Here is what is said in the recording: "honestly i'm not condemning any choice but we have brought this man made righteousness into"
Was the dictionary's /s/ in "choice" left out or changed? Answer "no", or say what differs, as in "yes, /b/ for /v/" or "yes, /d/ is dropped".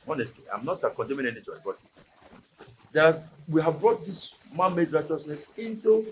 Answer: yes, /s/ is dropped